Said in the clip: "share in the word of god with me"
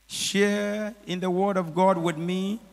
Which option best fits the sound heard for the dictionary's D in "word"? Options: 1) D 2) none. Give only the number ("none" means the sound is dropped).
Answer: 1